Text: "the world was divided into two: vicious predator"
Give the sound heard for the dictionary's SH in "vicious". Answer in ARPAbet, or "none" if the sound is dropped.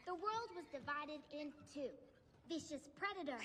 SH